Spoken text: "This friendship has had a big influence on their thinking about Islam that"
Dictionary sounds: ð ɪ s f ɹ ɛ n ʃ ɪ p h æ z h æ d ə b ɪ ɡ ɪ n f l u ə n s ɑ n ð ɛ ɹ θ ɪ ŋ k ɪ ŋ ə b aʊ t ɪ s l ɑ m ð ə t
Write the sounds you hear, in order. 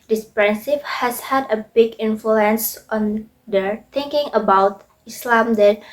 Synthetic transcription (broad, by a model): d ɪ s p ɹ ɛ n s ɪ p h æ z h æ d ə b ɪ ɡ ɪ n f l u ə n s ɑ n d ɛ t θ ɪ ŋ k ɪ ŋ ə b aʊ t ɪ s l ɑ m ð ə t